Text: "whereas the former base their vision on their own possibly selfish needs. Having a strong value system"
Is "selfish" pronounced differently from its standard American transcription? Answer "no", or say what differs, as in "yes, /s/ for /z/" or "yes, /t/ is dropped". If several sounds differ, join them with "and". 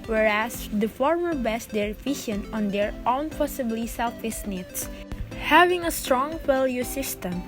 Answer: yes, /s/ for /ʃ/